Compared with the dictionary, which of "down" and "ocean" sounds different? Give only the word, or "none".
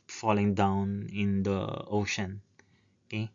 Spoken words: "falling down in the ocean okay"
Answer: none